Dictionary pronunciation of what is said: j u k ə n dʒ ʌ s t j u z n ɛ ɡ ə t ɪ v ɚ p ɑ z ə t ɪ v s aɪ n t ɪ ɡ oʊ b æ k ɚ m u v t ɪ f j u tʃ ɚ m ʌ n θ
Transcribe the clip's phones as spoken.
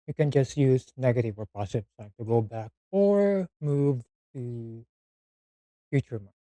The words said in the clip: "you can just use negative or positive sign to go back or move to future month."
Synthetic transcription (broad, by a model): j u k ə n dʒ ʌ s t j u z n ɛ ɡ ə t ɪ v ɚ p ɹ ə s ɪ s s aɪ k t ɪ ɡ oʊ b æ k ɚ m u v t ɪ f j u tʃ ɚ m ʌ